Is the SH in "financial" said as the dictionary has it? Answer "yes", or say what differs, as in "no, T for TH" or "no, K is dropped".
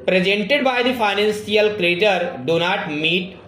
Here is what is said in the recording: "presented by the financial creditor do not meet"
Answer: no, S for SH